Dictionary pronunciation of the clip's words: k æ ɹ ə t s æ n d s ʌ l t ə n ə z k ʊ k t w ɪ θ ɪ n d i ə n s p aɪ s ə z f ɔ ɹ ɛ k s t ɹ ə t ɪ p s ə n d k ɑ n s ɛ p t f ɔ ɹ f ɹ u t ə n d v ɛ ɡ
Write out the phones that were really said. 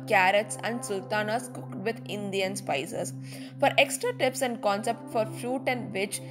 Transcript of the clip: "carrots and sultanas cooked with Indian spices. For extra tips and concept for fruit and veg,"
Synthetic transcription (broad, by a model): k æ ɹ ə t s æ n d s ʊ l t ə n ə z k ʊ k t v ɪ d ɪ n d i ə n s p aɪ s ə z f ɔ ɹ ɛ k s t ɹ ə t ɪ p s ə n d k ɑ n s ɛ p t f ɔ ɹ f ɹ u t ə n d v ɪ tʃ